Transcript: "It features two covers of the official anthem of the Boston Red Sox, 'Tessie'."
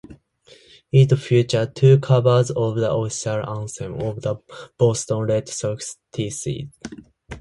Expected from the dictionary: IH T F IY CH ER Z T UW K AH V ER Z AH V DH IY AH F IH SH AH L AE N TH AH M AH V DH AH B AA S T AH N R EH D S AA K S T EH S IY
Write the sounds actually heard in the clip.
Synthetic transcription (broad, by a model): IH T F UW CH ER T UW K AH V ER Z AH V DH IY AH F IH S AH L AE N S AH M AH V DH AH B AA S T AH N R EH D S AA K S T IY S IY